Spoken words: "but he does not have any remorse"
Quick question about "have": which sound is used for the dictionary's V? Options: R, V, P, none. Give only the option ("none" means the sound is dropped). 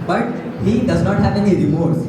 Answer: P